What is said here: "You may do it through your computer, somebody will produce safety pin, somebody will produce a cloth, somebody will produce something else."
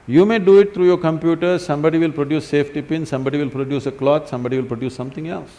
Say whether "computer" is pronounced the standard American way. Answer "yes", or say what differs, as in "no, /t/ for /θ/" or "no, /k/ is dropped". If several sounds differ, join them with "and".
yes